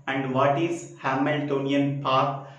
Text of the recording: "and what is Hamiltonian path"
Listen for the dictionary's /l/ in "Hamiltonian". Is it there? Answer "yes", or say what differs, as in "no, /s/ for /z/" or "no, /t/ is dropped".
yes